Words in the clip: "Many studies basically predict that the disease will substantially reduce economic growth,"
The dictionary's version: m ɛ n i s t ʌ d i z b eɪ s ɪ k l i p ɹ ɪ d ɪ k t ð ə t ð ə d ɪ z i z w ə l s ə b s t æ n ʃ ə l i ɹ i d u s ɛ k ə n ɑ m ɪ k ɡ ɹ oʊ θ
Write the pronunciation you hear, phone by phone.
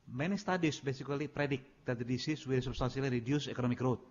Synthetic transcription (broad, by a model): m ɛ n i s t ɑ d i s b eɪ s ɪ k l i p ɹ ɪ d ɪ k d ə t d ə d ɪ s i s w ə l s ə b s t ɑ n s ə l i ɹ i d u s ɛ k ə n ɑ m ɪ k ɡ ɹ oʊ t